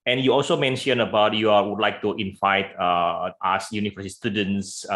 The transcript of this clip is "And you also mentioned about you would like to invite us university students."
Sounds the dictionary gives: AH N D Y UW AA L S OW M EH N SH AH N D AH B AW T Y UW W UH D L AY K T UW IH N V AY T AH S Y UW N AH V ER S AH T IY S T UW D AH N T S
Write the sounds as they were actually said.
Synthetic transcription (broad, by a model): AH N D Y UW AA L S OW M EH N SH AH N AH B AW T Y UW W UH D L AY K T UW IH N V AY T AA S Y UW N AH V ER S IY S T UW D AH N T S